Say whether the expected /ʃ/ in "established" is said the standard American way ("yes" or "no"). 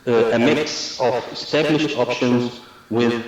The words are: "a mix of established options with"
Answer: yes